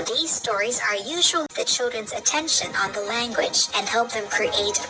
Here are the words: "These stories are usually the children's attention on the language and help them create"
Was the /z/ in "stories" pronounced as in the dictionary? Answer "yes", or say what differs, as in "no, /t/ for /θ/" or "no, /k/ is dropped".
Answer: yes